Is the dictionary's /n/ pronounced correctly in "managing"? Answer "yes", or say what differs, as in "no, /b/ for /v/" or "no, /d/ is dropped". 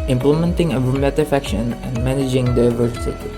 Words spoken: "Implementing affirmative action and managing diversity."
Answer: yes